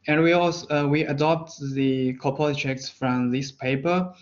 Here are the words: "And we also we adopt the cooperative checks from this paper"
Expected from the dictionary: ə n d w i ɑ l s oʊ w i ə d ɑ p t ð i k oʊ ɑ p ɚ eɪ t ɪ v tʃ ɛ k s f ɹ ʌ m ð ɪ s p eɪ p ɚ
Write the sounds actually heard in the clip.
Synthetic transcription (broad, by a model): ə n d w i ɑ s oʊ w i ə d ɑ p t ð i k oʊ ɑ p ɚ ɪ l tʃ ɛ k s f ɹ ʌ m ð ɪ s p eɪ p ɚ